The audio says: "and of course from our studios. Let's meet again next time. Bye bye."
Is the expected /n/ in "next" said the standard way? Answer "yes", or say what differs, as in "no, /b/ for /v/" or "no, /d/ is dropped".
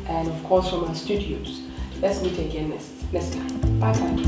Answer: no, /l/ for /n/